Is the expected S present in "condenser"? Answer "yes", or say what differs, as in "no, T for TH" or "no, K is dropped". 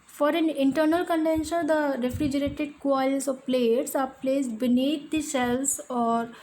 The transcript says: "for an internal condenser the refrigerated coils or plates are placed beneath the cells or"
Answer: no, SH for S